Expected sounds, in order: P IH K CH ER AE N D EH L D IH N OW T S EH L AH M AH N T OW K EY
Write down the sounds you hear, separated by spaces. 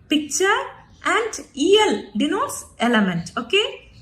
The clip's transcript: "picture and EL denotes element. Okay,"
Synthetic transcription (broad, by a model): P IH K CH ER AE N D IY L D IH N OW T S EH L AH M AH N T OW K EY